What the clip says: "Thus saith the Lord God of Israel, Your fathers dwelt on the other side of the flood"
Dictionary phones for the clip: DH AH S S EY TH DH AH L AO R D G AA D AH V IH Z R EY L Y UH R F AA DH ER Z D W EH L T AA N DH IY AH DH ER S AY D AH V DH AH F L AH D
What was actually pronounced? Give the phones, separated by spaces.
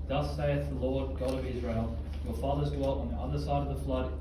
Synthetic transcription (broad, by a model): DH AH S S EY TH DH AH L AO R D G AA D AH V IH Z R EY L Y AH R F AA DH ER Z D W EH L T N DH IY AH DH ER S AY D AH V DH AH F L AH D